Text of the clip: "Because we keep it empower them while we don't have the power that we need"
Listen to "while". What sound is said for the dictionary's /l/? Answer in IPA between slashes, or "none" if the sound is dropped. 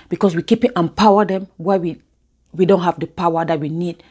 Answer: /w/